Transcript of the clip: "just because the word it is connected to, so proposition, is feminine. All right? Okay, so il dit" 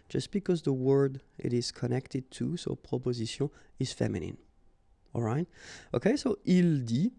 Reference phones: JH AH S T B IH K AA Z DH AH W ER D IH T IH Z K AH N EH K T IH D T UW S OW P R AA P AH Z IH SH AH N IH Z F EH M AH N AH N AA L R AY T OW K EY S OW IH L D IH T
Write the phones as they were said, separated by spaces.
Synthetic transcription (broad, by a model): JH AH S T B IH K AA Z DH AH W ER D IH T IH Z K AH N EH K T IH D T UW S OW P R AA P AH Z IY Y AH IH Z F EH M AH N AH N AA L R AY T OW K EY S OW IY L D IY